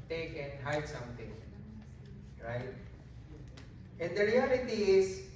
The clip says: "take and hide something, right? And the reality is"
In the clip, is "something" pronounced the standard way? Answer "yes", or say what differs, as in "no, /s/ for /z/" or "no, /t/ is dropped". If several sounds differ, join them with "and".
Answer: no, /t/ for /θ/